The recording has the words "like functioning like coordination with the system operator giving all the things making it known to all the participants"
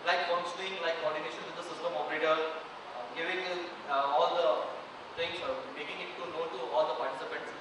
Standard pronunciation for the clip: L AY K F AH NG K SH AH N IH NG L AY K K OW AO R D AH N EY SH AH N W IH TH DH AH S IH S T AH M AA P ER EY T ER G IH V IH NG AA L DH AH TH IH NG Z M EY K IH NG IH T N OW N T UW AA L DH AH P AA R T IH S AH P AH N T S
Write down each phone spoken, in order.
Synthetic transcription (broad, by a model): L AY K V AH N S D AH IH NG L AY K K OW AO R D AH N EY SH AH N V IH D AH S IH S T AH M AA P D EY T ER G IH V IH NG AA L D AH T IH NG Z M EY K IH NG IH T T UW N T UW AA L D AH P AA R T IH S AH P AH N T S